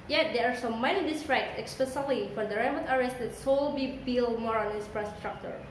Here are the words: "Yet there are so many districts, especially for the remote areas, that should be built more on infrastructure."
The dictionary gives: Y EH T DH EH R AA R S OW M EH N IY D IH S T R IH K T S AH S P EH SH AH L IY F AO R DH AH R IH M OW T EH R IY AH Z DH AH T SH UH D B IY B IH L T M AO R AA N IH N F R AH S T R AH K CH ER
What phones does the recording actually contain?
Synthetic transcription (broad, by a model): Y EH T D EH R AA R S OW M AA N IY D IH S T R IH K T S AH S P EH S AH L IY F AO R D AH R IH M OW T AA R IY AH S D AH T S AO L B IY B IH L M AO R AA N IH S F R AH S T R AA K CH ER